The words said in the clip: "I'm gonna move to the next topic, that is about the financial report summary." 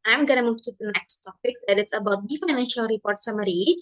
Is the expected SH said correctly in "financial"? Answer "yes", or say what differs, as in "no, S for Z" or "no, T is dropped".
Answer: yes